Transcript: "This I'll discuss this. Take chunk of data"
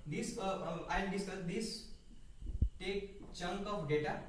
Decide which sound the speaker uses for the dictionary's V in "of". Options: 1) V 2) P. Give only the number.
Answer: 2